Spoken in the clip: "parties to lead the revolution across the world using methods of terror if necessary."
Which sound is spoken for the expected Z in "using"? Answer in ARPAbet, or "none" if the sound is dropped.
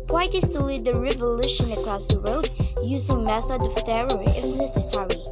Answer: Z